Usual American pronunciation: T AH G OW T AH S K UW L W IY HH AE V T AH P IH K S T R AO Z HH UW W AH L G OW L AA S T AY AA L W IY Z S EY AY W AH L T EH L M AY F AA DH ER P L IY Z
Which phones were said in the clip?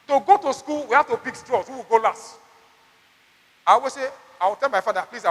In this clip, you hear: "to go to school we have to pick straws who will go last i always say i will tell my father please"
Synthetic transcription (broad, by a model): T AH G OW T AH S K UW L W IY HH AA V T AH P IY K S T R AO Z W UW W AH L G OW L AA S T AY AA W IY S EY AY W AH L T EH L M AY F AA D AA P L IY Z